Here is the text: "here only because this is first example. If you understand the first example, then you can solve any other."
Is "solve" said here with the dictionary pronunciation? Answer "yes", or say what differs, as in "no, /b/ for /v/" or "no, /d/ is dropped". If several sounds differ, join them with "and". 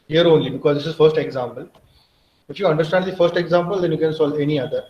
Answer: no, /v/ is dropped